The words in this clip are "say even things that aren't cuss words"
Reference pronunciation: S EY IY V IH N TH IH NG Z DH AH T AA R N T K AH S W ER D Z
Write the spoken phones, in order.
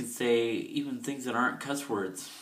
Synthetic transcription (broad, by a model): S EY IY V IH N TH IH NG Z DH AH T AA R N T K AH S W ER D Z